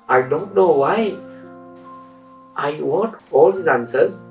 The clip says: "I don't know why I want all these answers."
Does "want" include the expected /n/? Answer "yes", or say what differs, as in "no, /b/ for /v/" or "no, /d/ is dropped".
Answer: no, /n/ is dropped